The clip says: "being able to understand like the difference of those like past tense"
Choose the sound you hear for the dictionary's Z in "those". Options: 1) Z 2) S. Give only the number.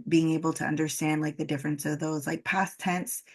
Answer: 1